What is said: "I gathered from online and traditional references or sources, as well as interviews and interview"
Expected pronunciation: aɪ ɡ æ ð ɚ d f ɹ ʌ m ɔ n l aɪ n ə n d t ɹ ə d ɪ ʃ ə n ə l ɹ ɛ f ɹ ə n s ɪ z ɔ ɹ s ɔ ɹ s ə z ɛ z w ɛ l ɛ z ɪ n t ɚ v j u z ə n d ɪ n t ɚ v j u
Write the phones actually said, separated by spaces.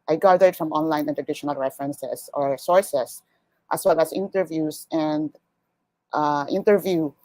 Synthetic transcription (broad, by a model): aɪ ɡ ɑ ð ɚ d f ɹ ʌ m ɔ n l aɪ n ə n t ɹ ə d ɪ ʃ ə n ə l ɹ ɛ f ɹ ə n s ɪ s ɔ ɹ s ɔ ɹ s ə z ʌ s w ɛ l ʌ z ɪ n t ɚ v j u s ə n d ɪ n t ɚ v j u